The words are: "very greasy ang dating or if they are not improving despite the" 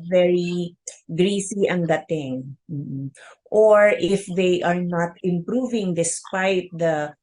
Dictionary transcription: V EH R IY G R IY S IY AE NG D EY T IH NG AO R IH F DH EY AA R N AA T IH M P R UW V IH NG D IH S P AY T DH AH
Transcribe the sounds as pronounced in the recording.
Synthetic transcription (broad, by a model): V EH R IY G R IY S IY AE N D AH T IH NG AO R IH F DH EY AA R N AA T IH M P R UW V IH NG D IH S P AY T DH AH